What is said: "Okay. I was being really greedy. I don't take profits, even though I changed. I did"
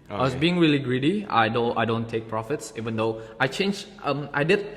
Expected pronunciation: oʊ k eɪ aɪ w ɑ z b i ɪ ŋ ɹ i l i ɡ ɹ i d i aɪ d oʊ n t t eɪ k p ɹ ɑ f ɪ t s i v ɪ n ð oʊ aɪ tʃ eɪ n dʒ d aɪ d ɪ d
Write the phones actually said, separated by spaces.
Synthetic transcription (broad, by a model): aɪ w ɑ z b i ɪ ŋ ɹ i l i ɡ ɹ i d i aɪ d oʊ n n t eɪ k p ɹ ɑ f ɪ t s i v ɪ n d oʊ aɪ tʃ eɪ n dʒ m aɪ d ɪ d